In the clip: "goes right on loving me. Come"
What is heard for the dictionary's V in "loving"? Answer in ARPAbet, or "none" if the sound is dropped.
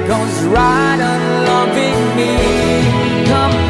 V